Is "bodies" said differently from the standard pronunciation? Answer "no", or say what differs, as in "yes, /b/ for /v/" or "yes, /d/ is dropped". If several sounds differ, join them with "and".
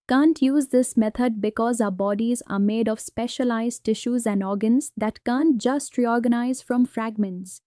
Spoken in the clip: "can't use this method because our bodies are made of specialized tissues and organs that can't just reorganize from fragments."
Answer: no